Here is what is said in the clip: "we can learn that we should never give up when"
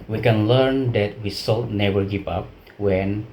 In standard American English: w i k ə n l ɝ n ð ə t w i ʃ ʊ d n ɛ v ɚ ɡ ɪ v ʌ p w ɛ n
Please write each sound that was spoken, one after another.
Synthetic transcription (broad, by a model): w i k ə n l ɝ n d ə t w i s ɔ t n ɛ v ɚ ɡ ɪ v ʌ p w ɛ n